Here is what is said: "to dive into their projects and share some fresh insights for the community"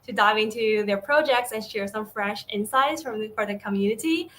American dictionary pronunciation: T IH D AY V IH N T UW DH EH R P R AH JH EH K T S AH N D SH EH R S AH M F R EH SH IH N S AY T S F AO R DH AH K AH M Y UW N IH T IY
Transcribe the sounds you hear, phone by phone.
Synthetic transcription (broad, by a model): T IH D AY V IH N T UW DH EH R P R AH JH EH K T S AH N SH EH R S AH M F R EH SH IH N S AY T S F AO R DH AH K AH M Y UW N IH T IY